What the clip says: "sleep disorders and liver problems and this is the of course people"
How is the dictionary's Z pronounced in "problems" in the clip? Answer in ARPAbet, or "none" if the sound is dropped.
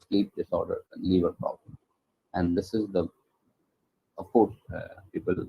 none